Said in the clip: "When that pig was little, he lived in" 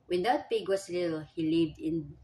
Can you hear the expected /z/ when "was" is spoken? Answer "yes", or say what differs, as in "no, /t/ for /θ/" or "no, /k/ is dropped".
no, /s/ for /z/